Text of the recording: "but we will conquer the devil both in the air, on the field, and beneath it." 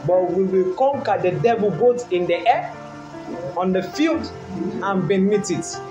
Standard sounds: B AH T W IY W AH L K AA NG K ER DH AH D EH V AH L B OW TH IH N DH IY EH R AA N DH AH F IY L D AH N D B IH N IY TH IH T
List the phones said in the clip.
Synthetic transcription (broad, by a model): B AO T W IY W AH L K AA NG K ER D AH D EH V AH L B OW T IH N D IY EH AA N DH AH F IY L D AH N B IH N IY T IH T